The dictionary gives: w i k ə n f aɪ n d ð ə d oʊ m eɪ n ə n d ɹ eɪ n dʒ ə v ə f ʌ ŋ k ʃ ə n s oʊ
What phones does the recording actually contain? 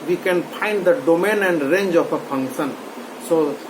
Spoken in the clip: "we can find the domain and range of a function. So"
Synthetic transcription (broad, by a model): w i k ə n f aɪ n d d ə d oʊ m eɪ n ə n d ɹ eɪ n dʒ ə p ə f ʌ ŋ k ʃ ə n s oʊ